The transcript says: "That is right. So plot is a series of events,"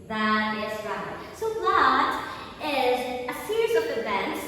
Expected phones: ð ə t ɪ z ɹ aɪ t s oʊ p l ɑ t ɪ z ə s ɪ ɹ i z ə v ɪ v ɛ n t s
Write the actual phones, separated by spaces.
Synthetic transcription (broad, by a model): ð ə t ɪ z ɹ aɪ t s oʊ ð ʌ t ɪ z ə s ɪ ɹ i z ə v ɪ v ɛ n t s